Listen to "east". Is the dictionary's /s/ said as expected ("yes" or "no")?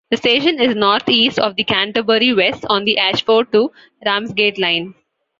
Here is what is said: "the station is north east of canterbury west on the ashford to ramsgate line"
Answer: yes